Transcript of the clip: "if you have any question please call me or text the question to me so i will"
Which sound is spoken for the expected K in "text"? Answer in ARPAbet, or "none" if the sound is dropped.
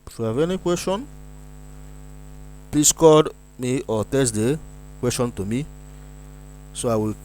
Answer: none